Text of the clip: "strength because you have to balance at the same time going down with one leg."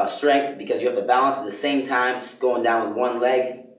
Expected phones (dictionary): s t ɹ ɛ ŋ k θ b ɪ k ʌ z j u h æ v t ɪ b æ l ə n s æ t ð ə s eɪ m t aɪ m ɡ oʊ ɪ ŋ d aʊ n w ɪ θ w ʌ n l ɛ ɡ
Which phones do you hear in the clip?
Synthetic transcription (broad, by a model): s t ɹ ɛ ŋ k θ b ɪ k ʌ z j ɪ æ v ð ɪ b æ l ə n s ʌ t ð ə s eɪ m t aɪ m ɡ oʊ ɪ ŋ d aʊ n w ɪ w ʌ n l ɛ ɡ